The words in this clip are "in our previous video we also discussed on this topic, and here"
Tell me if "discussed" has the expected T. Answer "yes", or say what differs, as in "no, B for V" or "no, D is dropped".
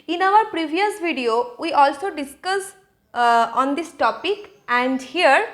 no, T is dropped